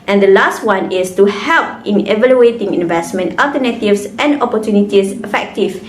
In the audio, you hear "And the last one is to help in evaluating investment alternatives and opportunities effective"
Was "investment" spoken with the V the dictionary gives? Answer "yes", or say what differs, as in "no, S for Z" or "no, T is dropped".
yes